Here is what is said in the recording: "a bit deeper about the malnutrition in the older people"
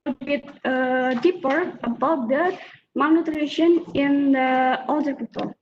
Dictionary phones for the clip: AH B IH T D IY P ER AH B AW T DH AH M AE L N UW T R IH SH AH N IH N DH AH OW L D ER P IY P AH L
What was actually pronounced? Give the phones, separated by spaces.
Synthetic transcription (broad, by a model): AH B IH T D IY P ER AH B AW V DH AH M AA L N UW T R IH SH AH N IH N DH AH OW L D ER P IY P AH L